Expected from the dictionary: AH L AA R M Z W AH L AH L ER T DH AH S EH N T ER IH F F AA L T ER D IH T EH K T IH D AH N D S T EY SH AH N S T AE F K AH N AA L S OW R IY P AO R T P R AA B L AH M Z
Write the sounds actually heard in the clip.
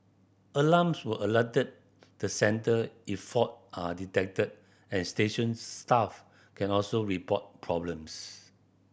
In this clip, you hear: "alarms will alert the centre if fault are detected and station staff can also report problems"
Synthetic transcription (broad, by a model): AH L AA M S W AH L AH L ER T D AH S EH N T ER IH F F AA T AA D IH T EH K T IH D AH N S T EY SH AH N S T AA F K AH N AA L S OW R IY P AO T P R AA B L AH M S